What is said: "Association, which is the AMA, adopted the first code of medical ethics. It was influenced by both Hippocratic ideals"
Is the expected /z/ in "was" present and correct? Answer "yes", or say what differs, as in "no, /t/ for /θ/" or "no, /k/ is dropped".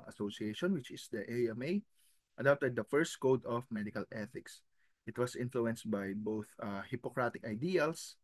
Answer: no, /s/ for /z/